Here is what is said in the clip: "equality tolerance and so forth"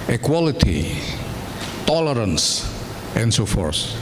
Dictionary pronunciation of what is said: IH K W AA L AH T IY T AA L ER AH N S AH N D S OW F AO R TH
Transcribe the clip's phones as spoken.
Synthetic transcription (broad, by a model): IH K W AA L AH T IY T AA L ER AH N S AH N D S OW F AO R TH